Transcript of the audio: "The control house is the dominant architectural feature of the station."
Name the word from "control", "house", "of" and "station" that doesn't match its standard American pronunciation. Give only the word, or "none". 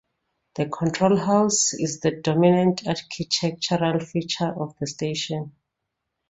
of